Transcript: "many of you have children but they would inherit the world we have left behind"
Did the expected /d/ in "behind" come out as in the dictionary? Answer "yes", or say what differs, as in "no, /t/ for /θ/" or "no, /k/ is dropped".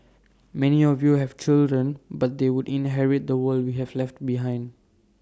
yes